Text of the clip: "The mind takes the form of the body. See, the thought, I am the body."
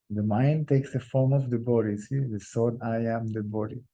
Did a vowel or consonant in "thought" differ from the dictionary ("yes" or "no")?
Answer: yes